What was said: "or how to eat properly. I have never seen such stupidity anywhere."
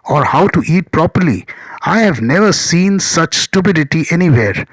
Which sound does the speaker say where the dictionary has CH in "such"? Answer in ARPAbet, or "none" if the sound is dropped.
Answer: CH